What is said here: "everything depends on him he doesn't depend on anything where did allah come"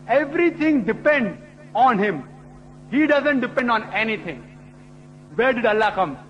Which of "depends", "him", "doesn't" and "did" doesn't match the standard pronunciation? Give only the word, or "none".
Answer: depends